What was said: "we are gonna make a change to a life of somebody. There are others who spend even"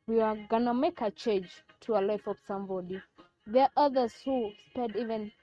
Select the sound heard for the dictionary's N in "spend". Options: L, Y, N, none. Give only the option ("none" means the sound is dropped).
none